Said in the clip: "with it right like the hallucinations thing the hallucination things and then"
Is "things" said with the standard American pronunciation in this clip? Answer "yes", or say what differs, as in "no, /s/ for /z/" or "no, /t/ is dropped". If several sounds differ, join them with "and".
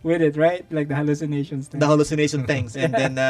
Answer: no, /t/ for /θ/ and /s/ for /z/